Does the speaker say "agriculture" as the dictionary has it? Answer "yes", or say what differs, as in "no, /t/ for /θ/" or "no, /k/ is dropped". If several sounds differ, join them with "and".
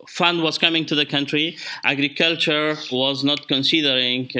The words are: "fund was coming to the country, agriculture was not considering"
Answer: yes